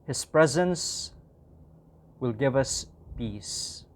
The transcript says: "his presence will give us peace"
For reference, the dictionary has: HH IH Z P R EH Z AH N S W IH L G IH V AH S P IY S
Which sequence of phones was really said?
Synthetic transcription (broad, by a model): HH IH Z P R EH Z AH N S W IH L G IH V AH S P IY S